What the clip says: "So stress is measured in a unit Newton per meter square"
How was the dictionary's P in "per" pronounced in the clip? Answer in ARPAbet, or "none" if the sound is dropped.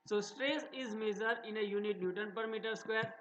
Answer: P